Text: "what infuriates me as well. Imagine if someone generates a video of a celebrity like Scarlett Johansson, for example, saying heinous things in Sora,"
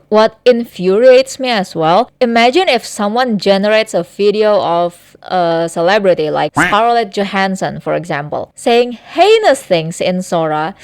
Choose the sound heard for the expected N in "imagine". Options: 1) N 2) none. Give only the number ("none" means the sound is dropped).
1